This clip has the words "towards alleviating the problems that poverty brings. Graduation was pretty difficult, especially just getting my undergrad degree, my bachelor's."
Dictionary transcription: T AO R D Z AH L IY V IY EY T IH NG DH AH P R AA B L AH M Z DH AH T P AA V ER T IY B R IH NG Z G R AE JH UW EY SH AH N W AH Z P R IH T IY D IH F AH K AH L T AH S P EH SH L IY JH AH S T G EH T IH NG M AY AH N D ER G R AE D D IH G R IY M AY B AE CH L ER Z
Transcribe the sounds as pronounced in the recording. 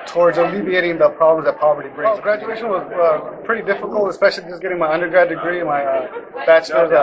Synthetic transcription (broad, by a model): T AO R D Z AH L IY V IY EY T IH NG DH AH P R AA B L AH M Z DH AH T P AA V ER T IY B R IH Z G R AE JH UW EY SH AH N W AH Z P R IH T IY D IH F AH K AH L T AH S P EH SH L IY JH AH S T G EH T IH NG M AY AH N D ER G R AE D D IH G R IY M AY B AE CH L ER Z